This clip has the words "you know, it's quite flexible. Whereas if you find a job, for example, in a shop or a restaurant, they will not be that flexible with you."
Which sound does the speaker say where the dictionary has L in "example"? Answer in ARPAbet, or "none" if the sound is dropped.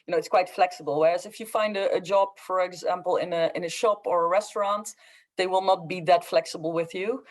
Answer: N